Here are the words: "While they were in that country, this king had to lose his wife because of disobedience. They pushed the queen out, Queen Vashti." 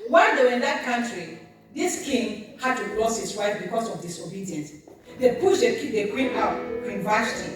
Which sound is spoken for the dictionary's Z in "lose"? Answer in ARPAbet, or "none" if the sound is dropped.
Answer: S